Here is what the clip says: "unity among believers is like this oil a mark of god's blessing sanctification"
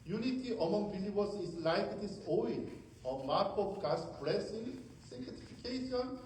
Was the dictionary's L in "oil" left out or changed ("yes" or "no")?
yes